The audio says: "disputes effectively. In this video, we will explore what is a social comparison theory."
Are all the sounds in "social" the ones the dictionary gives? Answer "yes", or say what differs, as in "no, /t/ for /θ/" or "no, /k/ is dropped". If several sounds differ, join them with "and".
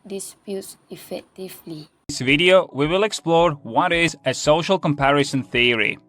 yes